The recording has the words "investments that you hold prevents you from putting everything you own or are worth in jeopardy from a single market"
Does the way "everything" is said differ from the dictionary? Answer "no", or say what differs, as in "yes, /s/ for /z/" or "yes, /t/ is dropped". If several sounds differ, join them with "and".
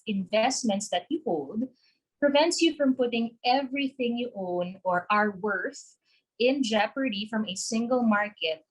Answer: no